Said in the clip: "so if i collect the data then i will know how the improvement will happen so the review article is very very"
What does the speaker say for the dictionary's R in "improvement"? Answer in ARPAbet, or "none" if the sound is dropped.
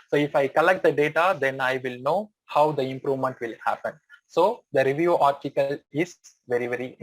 R